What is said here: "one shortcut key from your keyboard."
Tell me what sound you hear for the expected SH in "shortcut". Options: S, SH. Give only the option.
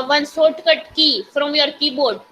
S